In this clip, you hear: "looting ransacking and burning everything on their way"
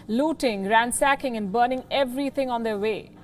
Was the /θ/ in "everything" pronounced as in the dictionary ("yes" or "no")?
no